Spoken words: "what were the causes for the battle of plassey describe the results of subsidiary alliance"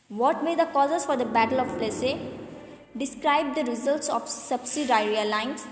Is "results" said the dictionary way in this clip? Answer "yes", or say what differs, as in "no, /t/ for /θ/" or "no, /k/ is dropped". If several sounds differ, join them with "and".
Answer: yes